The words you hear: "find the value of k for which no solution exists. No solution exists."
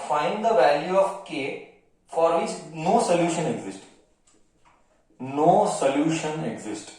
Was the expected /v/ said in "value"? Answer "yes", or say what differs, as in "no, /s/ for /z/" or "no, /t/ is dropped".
yes